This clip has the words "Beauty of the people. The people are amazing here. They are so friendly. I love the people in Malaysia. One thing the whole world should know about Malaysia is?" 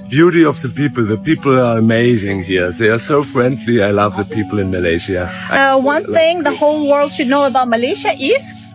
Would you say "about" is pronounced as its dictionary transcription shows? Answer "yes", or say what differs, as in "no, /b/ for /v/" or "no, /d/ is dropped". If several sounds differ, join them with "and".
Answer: yes